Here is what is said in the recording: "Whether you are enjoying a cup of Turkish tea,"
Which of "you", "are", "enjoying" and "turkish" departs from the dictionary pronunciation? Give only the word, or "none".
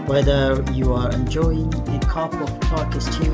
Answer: turkish